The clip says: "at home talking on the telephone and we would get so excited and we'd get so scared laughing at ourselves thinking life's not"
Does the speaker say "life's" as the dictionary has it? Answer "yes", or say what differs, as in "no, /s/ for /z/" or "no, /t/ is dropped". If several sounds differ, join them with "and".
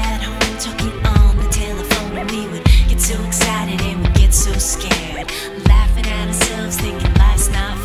no, /f/ is dropped